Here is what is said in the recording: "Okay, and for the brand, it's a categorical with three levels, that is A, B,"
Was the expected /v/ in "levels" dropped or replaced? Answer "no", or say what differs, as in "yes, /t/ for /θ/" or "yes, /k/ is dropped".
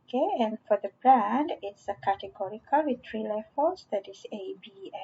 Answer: yes, /f/ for /v/